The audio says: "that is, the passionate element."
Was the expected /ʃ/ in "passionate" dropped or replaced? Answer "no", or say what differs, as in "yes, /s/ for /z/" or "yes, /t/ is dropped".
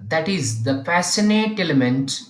yes, /s/ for /ʃ/